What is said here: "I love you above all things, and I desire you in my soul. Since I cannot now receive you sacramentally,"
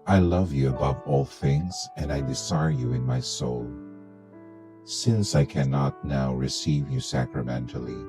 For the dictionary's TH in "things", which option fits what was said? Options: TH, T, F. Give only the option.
TH